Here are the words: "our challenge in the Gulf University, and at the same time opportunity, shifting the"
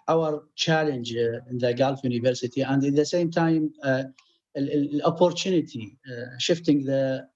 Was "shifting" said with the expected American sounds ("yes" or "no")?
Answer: yes